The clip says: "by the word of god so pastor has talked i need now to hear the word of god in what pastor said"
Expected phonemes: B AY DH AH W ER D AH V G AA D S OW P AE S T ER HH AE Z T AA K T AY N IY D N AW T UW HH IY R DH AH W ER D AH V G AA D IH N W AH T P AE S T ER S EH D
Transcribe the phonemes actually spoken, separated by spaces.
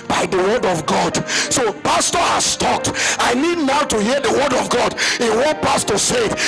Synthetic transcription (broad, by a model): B AY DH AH W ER D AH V G AA D S OW P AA S T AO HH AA S T AA K T AY N IY D N AW T UW HH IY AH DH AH W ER D AH V G AA D IH N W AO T P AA S T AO S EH D